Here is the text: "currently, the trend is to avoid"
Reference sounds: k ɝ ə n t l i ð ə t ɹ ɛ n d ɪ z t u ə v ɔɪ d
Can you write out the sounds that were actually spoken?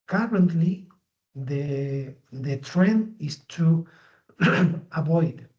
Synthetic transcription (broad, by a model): k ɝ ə n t l i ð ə t ɹ ɛ n d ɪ s t u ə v ɔɪ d